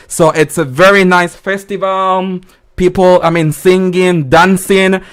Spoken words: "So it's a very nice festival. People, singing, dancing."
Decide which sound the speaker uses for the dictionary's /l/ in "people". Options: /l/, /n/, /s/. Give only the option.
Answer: /n/